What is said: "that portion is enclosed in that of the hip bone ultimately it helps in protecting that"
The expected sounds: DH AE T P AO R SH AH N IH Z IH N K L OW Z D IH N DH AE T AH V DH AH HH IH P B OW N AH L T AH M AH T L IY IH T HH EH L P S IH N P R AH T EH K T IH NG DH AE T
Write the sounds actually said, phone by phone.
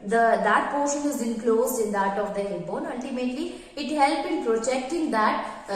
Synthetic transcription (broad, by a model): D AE T P AO R SH AH N IH Z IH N K L OW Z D IH N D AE T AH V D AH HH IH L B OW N AH L T AH M AH T L IY IH T HH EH L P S IH N P R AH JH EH K T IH NG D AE T